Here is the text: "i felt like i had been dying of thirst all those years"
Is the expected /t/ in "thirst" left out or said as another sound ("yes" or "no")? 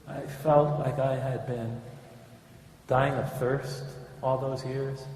no